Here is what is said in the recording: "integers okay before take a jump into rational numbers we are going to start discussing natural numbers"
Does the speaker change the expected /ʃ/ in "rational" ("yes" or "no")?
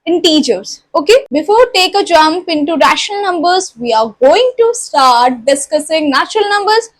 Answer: no